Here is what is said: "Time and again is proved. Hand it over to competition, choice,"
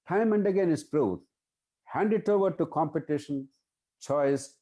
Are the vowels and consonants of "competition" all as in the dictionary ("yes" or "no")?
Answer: yes